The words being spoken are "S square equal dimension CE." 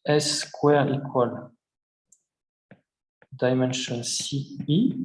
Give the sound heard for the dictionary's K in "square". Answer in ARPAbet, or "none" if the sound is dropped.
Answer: K